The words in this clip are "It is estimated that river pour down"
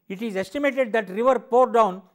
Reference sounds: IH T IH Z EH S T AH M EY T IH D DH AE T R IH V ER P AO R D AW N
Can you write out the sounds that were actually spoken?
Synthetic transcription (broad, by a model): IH T IH Z EH S T AH M EY T IH D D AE T R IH V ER P AO R D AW N